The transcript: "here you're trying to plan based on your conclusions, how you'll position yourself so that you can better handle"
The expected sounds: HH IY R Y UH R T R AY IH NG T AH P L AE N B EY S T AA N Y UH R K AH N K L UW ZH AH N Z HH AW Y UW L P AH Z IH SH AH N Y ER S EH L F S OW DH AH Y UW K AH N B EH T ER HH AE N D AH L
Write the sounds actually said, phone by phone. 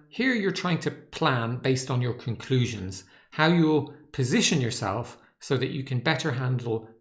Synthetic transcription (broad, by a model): HH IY R Y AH R T R AY IH NG T AH P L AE N B EY S T N Y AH R K AH N K L UW ZH AH N Z HH AW Y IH L P AH Z IH SH AH N Y ER S EH L F S OW DH AH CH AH K AH N B EH T ER HH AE N D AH L